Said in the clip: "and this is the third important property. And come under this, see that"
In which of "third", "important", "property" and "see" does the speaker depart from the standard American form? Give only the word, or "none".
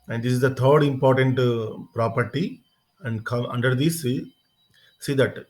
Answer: third